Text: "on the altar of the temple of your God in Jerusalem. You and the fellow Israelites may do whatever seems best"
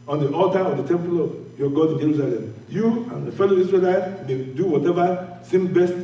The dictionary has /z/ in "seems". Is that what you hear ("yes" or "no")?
no